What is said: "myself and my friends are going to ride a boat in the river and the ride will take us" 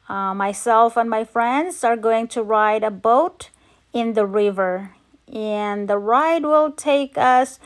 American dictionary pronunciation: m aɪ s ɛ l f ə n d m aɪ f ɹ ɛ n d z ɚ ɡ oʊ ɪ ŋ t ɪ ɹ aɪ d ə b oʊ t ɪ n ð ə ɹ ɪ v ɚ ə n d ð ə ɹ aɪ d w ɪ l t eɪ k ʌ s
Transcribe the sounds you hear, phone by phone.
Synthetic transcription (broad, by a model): m aɪ s ɛ l f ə n m aɪ f ɹ ɛ n d z ɚ ɡ oʊ ɪ ŋ t ɪ ɹ aɪ d ə b oʊ t ɪ n ð ə ɹ ɪ v ɚ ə n ð ə ɹ aɪ d w ɪ l t eɪ k ʌ s